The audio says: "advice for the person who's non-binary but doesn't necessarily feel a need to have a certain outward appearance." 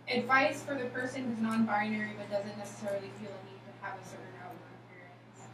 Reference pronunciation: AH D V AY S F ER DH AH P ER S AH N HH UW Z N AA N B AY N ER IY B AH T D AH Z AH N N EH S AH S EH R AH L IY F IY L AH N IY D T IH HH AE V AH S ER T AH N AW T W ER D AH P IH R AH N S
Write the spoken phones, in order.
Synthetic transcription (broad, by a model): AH D V AY S F ER DH AH P ER S AH N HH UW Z N AA N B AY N ER IY B AH T D AH Z AH N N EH S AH S EH R L IY F IY L AH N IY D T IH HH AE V AH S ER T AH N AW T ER AH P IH R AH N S